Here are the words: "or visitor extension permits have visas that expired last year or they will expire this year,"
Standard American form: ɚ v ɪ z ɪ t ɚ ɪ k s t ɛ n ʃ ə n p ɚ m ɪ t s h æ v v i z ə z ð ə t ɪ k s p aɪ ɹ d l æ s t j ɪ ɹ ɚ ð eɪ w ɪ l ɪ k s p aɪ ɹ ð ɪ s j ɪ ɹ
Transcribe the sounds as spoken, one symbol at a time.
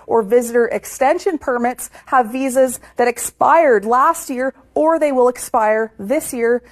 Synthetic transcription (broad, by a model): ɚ v ɪ z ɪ t ɚ ɪ k s t ɛ n ʃ ə n p ɚ m ɪ t s h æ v v i z ə z ð ə t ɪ k s p aɪ ɹ d l æ s t j ɪ ɹ ɚ ð eɪ w ɪ l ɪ k s p aɪ ɹ ð ɪ s j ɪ ɹ